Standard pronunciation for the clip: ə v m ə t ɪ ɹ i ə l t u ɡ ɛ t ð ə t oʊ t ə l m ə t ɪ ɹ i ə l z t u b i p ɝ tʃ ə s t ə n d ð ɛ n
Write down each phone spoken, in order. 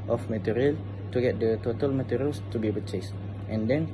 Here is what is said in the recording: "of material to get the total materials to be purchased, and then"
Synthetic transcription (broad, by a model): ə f m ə t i ɹ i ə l t u ɡ ɛ t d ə t oʊ t ə l m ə t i ɹ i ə l s t u b i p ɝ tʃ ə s t ə n d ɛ n